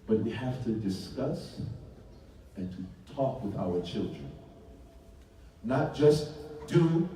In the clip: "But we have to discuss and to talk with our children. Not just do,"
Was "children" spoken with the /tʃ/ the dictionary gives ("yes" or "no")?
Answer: yes